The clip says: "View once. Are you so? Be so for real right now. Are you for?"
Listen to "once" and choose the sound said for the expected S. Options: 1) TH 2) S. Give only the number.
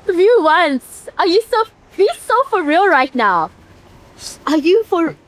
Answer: 2